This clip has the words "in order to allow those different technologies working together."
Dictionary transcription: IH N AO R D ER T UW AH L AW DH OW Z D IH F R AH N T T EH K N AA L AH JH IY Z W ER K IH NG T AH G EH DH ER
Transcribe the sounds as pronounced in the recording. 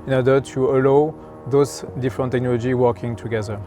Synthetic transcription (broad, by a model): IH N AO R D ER T UW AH L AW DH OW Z D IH F R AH N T T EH K N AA L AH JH IY W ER K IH NG T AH G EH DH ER